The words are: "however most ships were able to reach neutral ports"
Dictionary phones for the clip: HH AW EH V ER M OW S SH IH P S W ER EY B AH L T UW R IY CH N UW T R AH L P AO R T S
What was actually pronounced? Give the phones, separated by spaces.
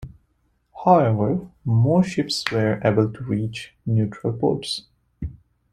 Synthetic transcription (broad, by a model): HH AW EH V ER M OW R SH IH P S W ER EY B AH L T UW R IY CH N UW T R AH L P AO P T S